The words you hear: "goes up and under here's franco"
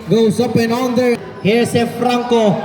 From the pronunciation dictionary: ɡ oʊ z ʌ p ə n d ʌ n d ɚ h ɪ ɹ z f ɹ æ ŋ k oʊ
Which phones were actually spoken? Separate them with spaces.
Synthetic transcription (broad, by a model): ɡ oʊ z ʌ p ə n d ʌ n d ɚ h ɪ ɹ s f ɹ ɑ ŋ k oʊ